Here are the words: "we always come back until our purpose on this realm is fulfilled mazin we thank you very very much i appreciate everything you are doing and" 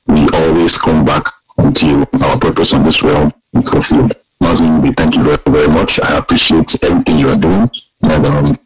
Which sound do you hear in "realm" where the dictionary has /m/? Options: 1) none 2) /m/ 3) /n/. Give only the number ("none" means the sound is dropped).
1